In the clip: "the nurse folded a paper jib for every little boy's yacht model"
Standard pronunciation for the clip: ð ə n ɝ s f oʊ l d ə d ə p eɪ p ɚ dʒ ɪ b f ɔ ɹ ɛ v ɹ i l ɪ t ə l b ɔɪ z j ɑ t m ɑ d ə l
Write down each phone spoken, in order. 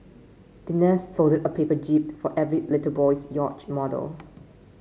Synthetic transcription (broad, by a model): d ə n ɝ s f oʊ d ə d ə p eɪ p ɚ dʒ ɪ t f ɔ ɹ ɛ v ɹ i l ɪ t ə l b ɔɪ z j ɑ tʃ m ɑ d ə l